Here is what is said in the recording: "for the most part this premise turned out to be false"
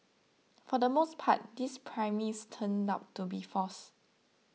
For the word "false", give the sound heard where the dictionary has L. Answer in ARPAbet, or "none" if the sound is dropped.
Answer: none